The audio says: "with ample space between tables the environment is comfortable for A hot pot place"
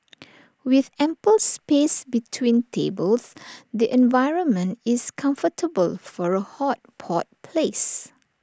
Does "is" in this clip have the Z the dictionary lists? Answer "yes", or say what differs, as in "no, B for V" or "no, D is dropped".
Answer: no, S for Z